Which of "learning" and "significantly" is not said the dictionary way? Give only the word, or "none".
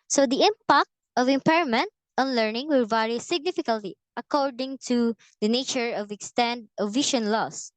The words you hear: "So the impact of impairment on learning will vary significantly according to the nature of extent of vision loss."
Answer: significantly